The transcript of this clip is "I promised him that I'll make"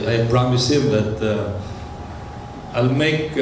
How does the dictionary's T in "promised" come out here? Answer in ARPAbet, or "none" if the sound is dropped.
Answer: none